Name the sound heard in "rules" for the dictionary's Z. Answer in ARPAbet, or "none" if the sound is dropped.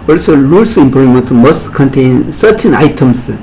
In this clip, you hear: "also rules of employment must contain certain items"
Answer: none